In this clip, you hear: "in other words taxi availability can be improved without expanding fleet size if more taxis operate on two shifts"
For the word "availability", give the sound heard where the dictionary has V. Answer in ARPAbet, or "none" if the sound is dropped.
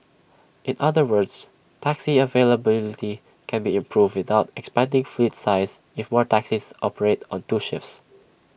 V